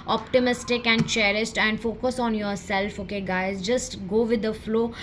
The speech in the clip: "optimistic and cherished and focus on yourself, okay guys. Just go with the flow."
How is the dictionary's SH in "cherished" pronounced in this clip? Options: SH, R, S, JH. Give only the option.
S